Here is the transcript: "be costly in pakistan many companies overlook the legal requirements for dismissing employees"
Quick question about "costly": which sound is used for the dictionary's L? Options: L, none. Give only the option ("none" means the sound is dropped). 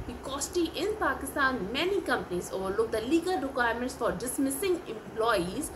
none